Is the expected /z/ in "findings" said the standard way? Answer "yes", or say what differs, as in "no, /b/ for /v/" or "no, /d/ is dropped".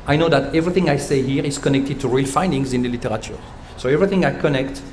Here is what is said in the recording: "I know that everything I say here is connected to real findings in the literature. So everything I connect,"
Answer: yes